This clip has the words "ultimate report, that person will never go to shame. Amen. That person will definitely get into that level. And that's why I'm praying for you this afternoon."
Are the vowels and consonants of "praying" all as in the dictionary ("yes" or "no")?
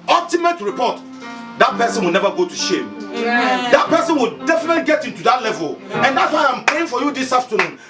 no